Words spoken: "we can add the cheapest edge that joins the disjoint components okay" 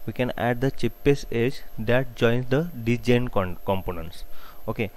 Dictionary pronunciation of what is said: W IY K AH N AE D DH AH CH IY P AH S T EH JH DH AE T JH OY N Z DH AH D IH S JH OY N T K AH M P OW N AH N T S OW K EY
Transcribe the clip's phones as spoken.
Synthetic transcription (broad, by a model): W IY K AH N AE D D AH CH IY P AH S EH JH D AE T JH OY N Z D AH D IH JH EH N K K AH M P OW N AH N T S OW K EY